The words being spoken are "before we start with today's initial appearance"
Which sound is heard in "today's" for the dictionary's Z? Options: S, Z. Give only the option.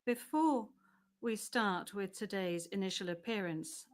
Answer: Z